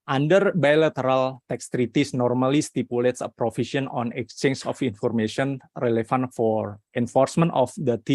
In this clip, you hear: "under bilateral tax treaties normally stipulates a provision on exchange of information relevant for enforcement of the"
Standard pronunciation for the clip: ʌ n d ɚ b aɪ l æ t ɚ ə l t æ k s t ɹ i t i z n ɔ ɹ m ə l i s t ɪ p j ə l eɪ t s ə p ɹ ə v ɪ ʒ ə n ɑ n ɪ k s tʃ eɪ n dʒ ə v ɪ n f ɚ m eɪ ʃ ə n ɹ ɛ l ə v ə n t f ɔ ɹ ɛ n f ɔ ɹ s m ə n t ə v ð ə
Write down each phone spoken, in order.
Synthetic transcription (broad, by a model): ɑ n d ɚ b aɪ l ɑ t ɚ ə l t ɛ k s t ɹ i t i s n ɔ ɹ m ə l i s t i p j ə l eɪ t s ə p ɹ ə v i s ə n ɑ n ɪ k s tʃ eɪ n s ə f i n f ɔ m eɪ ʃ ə n ɹ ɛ l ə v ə n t f ɔ ɹ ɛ n f ɔ ɹ s m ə n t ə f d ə